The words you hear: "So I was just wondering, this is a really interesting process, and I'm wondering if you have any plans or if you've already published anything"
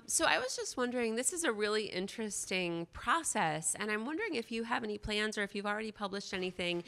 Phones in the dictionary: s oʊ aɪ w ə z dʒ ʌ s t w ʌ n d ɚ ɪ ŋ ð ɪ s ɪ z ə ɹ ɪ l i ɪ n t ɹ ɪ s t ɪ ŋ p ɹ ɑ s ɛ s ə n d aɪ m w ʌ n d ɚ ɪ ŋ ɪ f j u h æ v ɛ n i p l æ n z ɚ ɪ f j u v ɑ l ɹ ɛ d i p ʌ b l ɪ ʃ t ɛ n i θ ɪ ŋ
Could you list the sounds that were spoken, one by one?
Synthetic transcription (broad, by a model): s oʊ aɪ w ə z dʒ ʌ s t w ʌ n d ɚ ɪ ŋ ð ɪ s ɪ z ə ɹ ɪ l i ɪ n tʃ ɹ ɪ s t ɪ ŋ p ɹ ɑ s ɛ s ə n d aɪ m w ʌ n d ɚ ɪ ŋ ɪ f j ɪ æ v ɛ n i p l æ n z ɚ ɪ f j u v l ɹ ɛ d i p ʌ b l ɪ ʃ t ɛ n i θ ɪ ŋ